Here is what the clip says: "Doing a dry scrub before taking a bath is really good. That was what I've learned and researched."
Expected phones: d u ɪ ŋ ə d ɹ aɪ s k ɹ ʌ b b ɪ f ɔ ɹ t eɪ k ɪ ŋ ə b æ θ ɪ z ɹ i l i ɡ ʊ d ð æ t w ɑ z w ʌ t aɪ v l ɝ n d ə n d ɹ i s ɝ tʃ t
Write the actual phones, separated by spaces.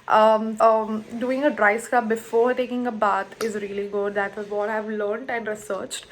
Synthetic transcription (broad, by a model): d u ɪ ŋ ə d ɹ aɪ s k ʌ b b ɪ f ɔ ɹ t eɪ k ɪ ŋ ə b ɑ t ɪ z ɹ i l i ɡ ʊ d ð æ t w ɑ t aɪ v l ɝ n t ə n d ɹ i s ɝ tʃ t